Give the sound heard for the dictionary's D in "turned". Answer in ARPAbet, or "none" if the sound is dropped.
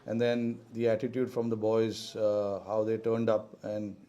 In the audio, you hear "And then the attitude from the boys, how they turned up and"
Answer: D